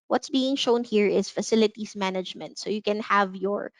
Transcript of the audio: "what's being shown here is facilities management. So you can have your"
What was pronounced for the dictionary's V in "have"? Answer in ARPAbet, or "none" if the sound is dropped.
V